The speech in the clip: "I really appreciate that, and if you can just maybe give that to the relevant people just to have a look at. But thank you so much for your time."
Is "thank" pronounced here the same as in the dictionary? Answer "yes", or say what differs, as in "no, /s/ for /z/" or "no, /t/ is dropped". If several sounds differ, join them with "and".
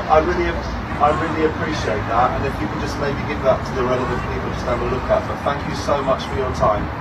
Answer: yes